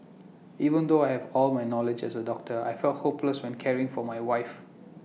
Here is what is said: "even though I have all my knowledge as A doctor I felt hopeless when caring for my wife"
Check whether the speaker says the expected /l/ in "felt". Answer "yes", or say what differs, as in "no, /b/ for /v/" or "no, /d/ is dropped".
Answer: yes